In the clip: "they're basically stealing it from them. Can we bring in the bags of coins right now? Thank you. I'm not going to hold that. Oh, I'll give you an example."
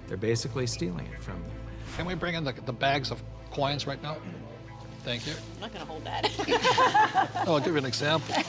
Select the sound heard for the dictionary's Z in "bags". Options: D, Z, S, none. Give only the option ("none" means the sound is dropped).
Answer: Z